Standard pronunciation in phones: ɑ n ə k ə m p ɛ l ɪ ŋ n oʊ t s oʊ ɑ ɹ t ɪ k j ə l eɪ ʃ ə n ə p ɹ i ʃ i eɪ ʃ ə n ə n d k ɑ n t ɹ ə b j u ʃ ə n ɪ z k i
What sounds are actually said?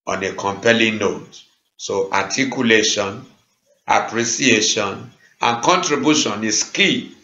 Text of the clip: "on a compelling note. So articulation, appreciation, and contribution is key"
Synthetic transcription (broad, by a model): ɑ n ə k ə m p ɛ l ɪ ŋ n oʊ t s oʊ ɑ t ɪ k j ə l eɪ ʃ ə n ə p ɹ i s i eɪ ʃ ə n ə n k ɑ n t ɹ ə b j u ʃ ə n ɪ s k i